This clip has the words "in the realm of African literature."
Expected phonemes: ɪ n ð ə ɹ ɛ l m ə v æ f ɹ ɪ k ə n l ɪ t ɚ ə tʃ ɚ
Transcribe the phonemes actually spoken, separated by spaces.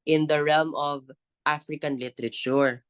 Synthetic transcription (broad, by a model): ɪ n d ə ɹ ɛ l m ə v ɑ f ɹ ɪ k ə n l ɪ t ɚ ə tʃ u